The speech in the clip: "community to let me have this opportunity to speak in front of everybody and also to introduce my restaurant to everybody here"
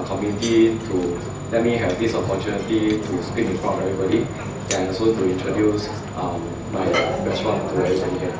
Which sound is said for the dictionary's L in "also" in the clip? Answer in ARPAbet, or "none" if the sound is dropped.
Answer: none